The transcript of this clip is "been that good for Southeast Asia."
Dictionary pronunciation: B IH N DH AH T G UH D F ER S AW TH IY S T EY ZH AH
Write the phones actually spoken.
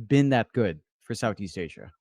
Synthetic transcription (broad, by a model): B IH N DH AH T G UH D F ER S AW TH IY S T EY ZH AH